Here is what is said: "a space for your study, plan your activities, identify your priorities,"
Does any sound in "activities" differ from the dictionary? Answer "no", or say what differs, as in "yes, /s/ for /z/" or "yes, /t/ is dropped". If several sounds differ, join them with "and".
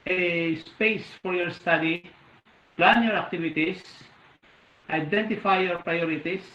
yes, /s/ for /z/